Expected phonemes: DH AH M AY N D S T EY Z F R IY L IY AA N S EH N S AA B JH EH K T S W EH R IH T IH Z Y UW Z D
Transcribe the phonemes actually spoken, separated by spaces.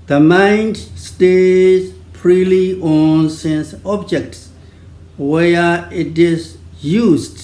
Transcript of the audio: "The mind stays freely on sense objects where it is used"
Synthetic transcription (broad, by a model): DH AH M AY N D S T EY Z P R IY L IY AA N S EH N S AA B JH EH K T S W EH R IH T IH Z Y UW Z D